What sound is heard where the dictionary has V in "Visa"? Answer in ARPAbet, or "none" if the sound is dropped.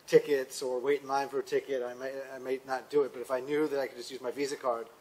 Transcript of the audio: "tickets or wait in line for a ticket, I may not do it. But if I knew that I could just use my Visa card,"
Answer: V